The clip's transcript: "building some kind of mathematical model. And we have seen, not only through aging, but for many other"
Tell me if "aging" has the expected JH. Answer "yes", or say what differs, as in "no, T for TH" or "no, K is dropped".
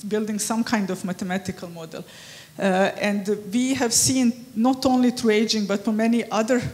yes